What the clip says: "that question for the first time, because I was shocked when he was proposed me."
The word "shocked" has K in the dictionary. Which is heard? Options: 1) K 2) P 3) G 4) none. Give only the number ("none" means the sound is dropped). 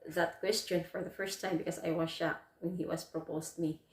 4